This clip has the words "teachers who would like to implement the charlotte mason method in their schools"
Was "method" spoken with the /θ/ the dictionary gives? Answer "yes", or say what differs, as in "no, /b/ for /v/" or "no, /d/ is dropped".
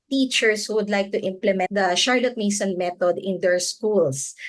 no, /t/ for /θ/